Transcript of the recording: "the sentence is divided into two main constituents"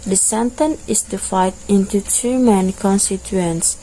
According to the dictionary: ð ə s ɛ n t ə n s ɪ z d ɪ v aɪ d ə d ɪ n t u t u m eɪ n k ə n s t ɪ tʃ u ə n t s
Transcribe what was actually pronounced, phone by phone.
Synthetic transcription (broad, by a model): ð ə s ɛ n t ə n ɪ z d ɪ f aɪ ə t ɪ n t u t u m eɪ n k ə n s t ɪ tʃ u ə n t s